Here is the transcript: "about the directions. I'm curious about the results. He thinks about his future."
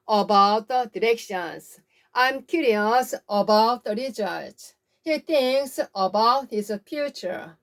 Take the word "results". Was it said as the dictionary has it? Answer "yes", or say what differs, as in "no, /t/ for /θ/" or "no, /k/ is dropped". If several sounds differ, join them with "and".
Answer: no, /l/ is dropped